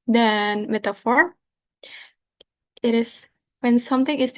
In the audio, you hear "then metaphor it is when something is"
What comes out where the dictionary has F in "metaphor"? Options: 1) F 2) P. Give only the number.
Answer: 1